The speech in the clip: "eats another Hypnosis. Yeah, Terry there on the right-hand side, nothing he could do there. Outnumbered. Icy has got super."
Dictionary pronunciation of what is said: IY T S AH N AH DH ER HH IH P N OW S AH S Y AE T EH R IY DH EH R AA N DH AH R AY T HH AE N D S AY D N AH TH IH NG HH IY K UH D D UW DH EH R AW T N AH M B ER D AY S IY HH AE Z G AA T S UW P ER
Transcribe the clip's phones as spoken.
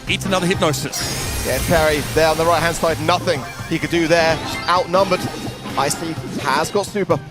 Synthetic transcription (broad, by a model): IY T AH N AH DH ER HH IH P N OW S AH S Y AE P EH R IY DH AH R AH N DH AH R AY T HH AE N D S AY D N AH TH IH NG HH IY K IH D D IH DH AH R AW T N AH M B ER D AY S IY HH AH Z G AA T S UW P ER